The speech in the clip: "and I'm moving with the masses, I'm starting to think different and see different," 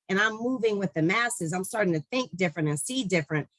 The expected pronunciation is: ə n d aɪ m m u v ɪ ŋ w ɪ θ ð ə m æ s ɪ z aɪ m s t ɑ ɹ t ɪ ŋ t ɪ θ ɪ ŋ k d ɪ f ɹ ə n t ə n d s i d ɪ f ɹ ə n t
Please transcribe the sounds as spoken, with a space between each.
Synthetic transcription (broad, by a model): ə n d aɪ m m u v ɪ ŋ w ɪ ð ə m æ s ɪ z aɪ m s t ɑ ɹ t ɪ ŋ t ɪ θ ɪ ŋ k d ɪ f ɹ ə n t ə n s i d ɪ f ɹ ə n t